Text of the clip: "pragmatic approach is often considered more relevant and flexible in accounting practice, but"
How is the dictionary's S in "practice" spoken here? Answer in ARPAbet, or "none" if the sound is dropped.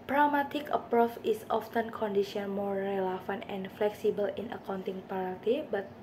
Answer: none